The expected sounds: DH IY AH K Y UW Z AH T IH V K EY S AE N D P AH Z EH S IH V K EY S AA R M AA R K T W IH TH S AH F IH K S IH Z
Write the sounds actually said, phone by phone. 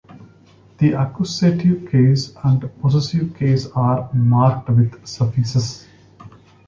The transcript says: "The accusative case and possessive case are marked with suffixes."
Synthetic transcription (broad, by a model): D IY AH K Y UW S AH T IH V K EY S AE N D P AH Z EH S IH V K EY S AA R M AA R K T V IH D S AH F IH S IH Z